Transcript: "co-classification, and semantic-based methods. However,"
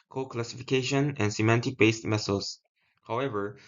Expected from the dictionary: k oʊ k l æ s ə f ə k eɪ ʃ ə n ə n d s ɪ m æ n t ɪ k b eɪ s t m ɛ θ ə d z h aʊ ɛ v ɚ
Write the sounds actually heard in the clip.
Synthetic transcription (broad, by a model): k oʊ k l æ s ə f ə k eɪ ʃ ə n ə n s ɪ m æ n t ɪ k b eɪ s t m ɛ s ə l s h aʊ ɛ v ɚ